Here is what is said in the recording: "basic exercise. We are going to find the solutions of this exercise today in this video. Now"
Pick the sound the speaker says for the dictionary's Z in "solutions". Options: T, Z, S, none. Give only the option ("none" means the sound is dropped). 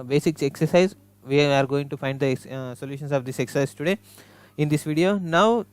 S